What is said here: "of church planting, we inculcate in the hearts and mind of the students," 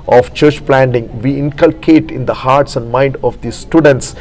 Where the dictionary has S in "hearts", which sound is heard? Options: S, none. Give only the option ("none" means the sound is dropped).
S